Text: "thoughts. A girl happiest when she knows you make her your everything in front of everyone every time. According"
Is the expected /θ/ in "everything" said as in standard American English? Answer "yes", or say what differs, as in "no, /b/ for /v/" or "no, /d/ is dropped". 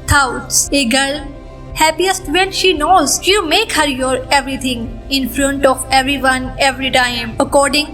no, /t/ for /θ/